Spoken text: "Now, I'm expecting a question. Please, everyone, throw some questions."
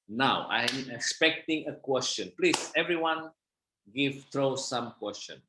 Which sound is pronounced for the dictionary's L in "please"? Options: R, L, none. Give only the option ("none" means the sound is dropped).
L